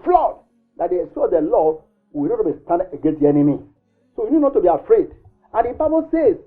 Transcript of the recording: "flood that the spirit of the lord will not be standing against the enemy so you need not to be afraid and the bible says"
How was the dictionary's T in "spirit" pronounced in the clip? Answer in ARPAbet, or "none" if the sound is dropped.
none